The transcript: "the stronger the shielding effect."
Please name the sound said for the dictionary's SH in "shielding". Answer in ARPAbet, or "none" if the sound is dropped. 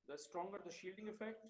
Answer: SH